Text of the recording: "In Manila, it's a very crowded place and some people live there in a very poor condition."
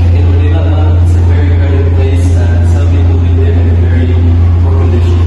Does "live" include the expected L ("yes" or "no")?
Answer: no